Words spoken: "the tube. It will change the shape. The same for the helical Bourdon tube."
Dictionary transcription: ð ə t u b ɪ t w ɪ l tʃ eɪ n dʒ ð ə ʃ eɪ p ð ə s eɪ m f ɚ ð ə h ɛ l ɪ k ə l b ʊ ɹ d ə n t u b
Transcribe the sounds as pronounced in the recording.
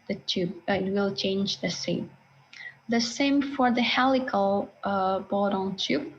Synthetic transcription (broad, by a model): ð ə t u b ɪ t w ɪ l tʃ eɪ n dʒ ð ə s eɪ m ð ə s eɪ m f ɚ ð ə h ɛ l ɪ k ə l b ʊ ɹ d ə n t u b